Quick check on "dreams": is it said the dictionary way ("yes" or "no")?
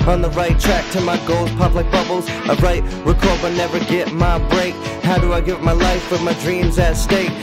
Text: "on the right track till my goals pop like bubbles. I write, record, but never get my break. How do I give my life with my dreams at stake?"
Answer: yes